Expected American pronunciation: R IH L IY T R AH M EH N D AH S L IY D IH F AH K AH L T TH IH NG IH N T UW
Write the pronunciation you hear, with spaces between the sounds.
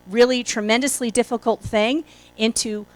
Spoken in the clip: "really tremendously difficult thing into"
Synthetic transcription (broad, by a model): R IH L IY T R AH M EH N D AH S L IY D IH F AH K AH L T TH IH NG IH N T UW